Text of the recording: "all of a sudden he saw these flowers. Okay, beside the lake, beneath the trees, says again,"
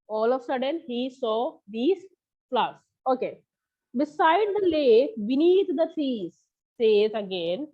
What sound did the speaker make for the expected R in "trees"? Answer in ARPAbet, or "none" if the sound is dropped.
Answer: none